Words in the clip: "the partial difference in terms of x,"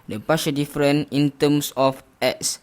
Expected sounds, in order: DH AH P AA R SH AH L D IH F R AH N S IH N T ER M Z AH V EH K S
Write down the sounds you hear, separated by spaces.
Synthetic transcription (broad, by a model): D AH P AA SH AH D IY F R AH N IH N T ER M S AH F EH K S